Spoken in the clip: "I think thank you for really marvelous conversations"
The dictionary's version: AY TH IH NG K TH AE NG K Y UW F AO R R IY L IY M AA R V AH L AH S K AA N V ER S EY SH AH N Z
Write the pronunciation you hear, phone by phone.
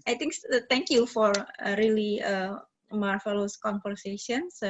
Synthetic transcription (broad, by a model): AY T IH NG K T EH NG K Y UW F AO R R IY L IY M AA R F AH L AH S K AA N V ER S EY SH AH N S